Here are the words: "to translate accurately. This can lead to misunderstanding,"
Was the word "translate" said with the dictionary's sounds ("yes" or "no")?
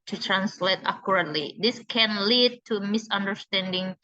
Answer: yes